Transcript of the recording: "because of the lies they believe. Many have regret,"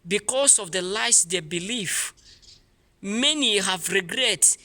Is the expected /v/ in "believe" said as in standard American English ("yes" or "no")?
no